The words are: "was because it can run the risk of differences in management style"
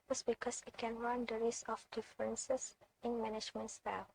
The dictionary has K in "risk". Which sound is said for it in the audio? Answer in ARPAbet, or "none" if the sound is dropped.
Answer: none